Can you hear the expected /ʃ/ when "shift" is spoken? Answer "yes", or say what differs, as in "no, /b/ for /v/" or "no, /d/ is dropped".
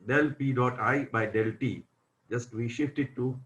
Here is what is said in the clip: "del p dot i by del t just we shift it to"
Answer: yes